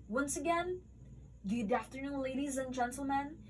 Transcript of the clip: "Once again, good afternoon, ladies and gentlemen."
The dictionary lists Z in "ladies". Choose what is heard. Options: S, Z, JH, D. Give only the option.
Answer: Z